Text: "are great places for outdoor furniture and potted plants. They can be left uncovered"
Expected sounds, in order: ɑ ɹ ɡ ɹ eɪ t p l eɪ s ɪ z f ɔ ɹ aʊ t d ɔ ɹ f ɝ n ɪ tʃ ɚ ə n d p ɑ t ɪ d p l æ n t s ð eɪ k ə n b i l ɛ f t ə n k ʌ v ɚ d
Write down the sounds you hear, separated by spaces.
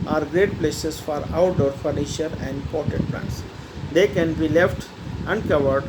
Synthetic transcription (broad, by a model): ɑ ɹ ɡ ɹ eɪ t p l eɪ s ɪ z f ɔ ɹ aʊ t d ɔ ɹ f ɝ n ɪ ʃ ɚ ə n d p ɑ t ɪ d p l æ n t s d eɪ k ə n b i l ɛ f t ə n k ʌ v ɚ d